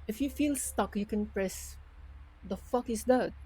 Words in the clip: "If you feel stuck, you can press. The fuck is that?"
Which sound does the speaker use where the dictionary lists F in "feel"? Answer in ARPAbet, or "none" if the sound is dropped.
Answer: F